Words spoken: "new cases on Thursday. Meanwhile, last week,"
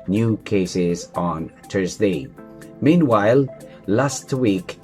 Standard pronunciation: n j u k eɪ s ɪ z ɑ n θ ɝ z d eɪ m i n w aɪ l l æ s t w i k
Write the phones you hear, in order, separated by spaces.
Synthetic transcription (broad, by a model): n j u k eɪ s ɪ z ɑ n t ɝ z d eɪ m i n w aɪ l l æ s t w i k